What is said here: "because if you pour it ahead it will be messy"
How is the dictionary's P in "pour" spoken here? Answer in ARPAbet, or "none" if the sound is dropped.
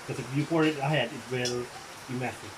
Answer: F